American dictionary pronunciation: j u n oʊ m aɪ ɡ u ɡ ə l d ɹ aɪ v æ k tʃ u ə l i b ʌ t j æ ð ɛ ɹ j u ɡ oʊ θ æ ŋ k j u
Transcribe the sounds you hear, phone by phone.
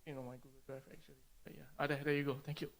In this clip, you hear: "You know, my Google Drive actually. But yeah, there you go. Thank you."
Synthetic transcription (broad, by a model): j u n oʊ m aɪ ɡ u ɡ ə l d ɹ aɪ f æ k tʃ u ə l i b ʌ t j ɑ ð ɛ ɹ j u ɡ oʊ t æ ŋ k j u